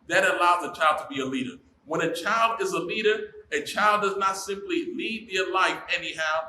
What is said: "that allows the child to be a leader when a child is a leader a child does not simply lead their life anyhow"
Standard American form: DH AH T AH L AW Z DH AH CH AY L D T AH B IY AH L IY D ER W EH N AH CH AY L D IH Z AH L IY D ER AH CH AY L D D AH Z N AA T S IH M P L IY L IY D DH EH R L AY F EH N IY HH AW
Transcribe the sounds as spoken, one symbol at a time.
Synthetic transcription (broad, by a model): DH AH T AH L AW Z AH CH AY L D T AH B IY AH L IY D ER W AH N AH CH AY L D IH Z AH L IY D ER AH CH AY L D D AH Z N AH T S IH M P L IY L IY D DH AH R L AY F EH N IY HH AW